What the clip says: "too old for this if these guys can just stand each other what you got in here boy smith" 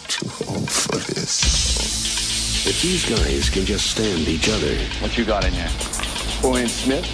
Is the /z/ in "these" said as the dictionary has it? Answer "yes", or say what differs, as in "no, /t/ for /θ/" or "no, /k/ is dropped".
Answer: yes